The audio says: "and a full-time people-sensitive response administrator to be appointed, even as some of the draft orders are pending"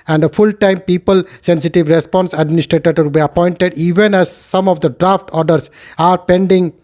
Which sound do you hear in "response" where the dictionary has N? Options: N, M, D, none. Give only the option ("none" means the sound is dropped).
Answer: N